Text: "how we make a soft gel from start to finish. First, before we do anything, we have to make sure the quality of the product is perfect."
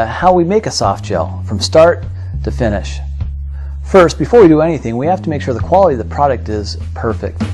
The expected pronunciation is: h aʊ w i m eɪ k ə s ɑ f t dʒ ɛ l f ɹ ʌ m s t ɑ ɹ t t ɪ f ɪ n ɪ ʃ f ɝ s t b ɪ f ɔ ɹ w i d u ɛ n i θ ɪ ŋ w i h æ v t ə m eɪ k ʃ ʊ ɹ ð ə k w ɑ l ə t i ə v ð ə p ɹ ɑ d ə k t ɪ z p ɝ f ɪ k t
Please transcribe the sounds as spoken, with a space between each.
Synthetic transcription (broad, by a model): h aʊ w i m eɪ k ə s ɑ f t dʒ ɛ l f ɹ ʌ m s t ɑ ɹ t t ɪ f ɪ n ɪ ʃ f ɝ s t b ɪ f ɔ ɹ w i d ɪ ɛ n i θ ɪ ŋ w i h æ f t ə m eɪ k ʃ ʊ ɹ ð ə k w ɑ l ə t i ə v ð ə p ɹ ɑ d ə k t ɪ z p ɝ f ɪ k t